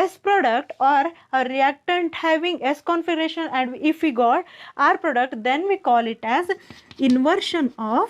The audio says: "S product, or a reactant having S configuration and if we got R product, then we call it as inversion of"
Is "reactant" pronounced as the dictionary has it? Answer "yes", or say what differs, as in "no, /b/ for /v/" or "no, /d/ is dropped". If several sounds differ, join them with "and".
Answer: yes